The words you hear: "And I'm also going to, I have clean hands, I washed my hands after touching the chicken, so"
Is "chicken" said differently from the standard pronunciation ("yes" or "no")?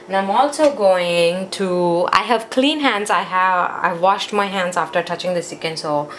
yes